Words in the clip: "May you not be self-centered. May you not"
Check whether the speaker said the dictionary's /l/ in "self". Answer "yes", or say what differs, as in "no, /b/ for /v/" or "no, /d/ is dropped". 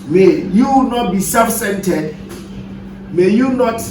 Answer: no, /l/ is dropped